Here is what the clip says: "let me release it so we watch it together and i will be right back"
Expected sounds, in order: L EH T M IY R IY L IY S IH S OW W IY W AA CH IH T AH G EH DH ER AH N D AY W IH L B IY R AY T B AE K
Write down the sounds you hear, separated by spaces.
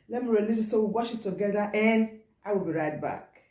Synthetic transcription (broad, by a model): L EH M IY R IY N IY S IH S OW W IY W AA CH IH T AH G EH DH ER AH N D AY W IH L B IY R AY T B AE K